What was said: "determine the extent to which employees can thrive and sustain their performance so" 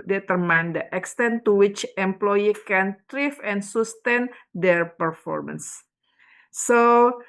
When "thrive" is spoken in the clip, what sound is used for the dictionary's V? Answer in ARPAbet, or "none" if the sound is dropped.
F